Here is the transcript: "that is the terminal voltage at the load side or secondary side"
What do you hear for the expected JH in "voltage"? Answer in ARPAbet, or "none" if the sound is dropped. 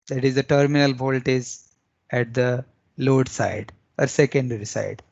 Z